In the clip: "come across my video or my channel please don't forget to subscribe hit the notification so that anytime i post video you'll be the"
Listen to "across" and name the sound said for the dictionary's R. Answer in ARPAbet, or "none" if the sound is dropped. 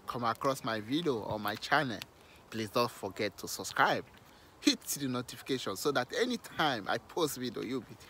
R